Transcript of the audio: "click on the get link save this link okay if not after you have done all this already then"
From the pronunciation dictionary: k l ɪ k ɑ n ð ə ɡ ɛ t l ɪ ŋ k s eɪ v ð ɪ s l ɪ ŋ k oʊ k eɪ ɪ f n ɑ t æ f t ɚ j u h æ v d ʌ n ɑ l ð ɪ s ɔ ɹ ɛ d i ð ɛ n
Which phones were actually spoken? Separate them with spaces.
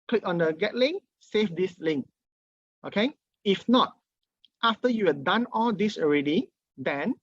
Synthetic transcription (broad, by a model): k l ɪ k ɑ n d ə ɡ ɛ t l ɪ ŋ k s eɪ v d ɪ s l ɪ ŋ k oʊ k eɪ ɪ f n ɑ t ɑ f t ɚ j u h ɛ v d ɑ n ɑ l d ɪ s ɔ ɹ ɛ d i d ɛ n